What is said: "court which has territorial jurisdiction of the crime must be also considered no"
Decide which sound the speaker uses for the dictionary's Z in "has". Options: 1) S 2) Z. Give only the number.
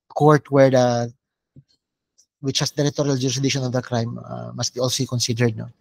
1